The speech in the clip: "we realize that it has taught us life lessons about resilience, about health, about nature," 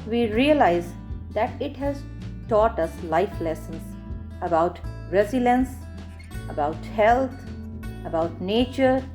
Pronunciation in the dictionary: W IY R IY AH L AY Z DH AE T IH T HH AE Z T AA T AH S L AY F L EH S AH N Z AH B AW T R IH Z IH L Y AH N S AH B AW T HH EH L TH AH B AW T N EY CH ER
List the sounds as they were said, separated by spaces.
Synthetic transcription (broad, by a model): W IY R IY AH L AY Z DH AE T IH T HH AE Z T AA T AH S L AY F L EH S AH N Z AH B AW T R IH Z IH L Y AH N S AH B AW T HH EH L T AH B AW T N EY CH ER